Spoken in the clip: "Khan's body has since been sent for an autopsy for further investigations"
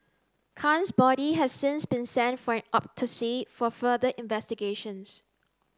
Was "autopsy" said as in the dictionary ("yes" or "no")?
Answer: no